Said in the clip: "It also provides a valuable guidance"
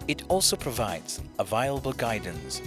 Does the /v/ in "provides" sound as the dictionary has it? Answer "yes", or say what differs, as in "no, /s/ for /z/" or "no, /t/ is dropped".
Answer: yes